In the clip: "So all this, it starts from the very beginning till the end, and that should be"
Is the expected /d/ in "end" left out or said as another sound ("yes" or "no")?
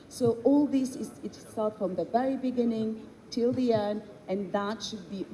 yes